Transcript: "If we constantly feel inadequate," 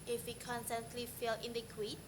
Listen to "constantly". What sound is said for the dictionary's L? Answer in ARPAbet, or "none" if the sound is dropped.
L